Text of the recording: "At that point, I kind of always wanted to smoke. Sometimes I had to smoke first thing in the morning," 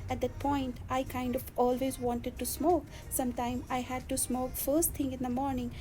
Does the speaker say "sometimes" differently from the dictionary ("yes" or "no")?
yes